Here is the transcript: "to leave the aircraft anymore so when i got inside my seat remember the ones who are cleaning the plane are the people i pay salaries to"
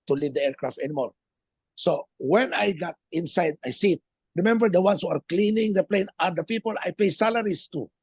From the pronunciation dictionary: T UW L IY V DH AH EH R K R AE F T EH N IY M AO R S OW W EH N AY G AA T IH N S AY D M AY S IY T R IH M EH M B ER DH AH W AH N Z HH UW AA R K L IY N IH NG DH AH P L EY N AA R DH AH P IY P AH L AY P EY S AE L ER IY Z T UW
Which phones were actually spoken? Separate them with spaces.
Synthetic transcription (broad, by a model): T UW L IY V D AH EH R K R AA F T EH N IY M AO R S OW W EH N AY G AA T IH N S AY D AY S IY T R IH M EH M B ER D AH W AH N S HH UW AA R K L IY N IH NG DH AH P L EY N AA R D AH P IY P AH L AY P EY S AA L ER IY S T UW